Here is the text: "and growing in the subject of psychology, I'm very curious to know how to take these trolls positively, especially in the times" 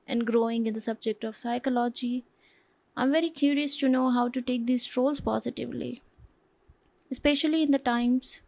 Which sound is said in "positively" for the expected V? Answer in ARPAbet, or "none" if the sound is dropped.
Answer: V